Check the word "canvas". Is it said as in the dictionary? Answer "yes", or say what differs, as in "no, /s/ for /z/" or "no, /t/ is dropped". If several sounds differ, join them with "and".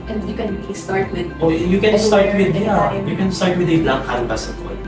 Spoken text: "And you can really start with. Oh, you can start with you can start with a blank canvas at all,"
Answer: no, /b/ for /v/